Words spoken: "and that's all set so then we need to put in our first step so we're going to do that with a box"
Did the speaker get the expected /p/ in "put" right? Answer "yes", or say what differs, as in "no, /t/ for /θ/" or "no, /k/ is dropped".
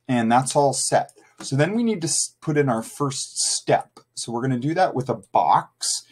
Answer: yes